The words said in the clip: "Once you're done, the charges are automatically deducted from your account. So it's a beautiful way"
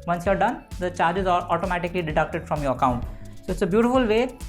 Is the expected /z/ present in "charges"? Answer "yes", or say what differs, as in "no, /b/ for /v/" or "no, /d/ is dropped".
yes